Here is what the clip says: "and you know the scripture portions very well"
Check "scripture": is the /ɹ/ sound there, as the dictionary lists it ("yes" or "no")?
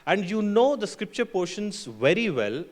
yes